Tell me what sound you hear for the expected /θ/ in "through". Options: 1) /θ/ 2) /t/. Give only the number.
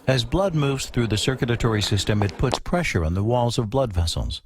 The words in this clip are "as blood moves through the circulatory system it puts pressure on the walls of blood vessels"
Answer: 1